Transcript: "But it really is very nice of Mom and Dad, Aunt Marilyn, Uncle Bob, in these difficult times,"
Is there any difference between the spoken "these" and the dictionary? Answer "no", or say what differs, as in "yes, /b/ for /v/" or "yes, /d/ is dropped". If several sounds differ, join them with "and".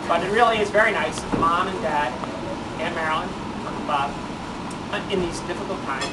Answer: no